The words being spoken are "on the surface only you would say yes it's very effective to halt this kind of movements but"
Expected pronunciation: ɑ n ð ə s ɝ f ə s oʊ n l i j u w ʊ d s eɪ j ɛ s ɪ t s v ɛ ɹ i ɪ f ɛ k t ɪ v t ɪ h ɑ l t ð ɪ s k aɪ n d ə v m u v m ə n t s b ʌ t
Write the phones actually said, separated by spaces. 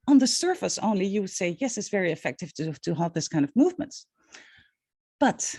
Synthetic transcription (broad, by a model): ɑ n ð ə s ɝ f ə s oʊ n l i j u w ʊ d s eɪ j ɛ s ɪ t s v ɛ ɹ i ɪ f ɛ k t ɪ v t ɪ h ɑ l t ð ɪ s k aɪ n d ə v m u v m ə n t b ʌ t